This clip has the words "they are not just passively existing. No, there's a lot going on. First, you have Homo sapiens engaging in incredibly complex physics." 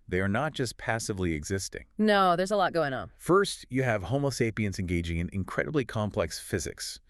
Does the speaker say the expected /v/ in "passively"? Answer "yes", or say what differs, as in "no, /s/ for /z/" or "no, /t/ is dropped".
yes